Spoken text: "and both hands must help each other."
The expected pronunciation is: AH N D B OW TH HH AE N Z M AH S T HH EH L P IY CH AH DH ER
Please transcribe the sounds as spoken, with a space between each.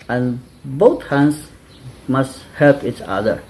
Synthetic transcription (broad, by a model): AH N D B OW T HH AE N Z M AH S T HH EH L P IY CH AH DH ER